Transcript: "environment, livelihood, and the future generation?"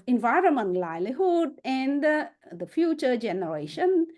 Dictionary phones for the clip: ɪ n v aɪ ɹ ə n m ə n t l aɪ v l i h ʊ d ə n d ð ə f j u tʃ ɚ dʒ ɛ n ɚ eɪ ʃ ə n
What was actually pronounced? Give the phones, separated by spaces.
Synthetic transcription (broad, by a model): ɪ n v aɪ ɹ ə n m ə n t l aɪ l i h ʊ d ə n d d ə f j u tʃ ɚ dʒ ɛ n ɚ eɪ ʃ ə n